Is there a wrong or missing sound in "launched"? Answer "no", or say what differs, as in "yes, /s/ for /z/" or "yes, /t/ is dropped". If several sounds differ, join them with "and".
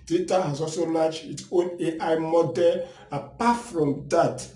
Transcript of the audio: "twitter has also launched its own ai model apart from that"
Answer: yes, /n/ is dropped and /t/ is dropped